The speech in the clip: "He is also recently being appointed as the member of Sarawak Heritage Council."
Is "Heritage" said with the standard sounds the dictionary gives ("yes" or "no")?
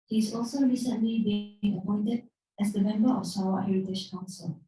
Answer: no